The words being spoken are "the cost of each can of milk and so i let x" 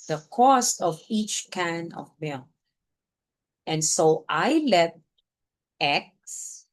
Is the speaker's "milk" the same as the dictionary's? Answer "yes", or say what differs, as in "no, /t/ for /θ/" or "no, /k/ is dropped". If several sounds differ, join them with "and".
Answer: no, /k/ is dropped